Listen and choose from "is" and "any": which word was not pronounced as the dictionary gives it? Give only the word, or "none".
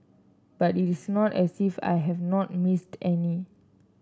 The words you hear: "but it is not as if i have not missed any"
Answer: is